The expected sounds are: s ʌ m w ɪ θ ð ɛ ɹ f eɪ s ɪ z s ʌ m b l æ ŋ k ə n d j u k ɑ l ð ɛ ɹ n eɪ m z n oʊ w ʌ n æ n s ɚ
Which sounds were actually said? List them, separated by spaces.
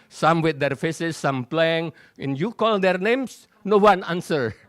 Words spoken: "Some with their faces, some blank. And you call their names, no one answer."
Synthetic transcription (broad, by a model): s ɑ m w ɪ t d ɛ ɹ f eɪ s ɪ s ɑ m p l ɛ ŋ ə n j u k ɑ l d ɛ ɹ n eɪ m s n oʊ w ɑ n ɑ n s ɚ